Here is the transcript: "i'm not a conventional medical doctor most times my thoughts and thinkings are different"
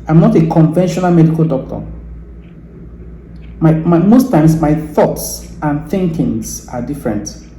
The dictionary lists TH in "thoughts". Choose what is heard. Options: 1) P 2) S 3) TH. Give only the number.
3